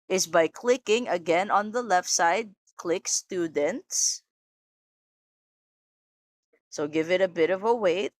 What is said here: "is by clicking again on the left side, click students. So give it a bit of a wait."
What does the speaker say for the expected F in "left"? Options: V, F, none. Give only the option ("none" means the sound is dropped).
F